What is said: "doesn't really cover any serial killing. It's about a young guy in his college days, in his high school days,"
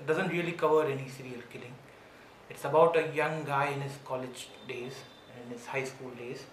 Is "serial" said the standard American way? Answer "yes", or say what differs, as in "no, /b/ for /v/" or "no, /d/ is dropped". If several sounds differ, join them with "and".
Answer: yes